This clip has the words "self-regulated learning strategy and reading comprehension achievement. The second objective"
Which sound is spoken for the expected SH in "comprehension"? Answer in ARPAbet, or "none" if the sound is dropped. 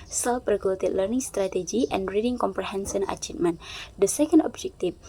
S